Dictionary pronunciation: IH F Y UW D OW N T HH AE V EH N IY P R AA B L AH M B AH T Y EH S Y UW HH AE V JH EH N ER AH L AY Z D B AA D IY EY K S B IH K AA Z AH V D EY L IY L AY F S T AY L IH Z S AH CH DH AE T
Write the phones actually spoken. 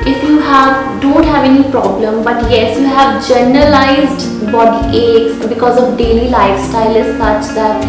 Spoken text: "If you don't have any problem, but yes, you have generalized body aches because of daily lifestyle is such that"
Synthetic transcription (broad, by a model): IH F Y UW D OW N T HH AE V EH N IY P R AA B L AH M B AH T Y EH S Y UW HH AE V JH EH N ER AH L AY Z D B AA D IY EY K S B IH K AA Z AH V D EY L IY L AY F S T AY L IH Z S AH CH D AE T